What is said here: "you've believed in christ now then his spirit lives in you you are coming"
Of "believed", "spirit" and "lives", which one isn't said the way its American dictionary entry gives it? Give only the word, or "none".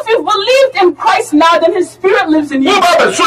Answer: none